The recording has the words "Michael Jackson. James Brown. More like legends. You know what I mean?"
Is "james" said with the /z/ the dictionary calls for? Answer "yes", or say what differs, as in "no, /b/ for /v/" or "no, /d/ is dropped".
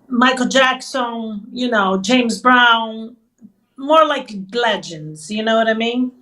yes